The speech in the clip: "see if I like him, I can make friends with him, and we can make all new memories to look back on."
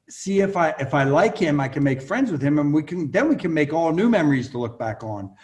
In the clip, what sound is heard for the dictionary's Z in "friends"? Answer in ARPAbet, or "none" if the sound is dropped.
Z